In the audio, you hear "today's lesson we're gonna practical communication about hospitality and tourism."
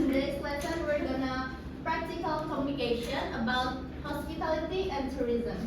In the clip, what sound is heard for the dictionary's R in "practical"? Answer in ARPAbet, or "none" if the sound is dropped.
R